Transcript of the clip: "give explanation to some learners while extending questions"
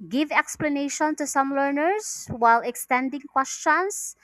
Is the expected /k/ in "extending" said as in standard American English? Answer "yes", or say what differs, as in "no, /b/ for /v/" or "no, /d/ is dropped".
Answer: yes